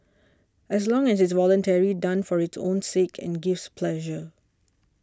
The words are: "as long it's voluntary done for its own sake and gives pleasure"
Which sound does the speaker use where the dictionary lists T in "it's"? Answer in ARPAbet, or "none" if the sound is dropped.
S